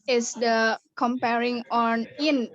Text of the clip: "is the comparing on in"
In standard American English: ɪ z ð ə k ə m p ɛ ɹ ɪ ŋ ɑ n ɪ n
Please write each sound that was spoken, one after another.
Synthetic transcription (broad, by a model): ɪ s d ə k ə m p ɛ ɹ ɪ ŋ ɑ n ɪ n